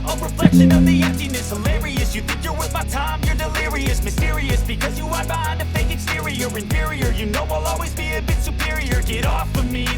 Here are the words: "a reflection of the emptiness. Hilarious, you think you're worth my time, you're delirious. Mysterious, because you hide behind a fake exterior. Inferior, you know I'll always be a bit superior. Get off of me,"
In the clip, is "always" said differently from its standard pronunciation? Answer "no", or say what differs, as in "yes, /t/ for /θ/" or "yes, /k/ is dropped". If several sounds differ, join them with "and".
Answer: no